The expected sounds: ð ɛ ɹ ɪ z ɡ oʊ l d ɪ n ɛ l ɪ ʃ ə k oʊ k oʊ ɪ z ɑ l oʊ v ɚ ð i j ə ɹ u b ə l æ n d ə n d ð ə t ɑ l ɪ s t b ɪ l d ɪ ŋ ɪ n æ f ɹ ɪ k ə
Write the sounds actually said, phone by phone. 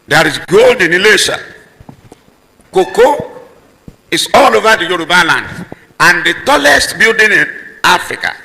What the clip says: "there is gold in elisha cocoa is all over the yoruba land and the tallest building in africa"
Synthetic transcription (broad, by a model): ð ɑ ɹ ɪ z ɡ oʊ l d ɪ n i l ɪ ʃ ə k oʊ k oʊ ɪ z ɑ l oʊ v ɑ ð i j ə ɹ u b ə l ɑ n d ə n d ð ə t ɑ l ɪ s t b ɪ l d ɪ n ɪ n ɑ f ɹ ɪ k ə